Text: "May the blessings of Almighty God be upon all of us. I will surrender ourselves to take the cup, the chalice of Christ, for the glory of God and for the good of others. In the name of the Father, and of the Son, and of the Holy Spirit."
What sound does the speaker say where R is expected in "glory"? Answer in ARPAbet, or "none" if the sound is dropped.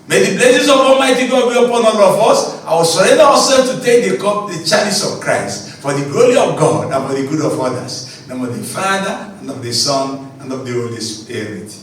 R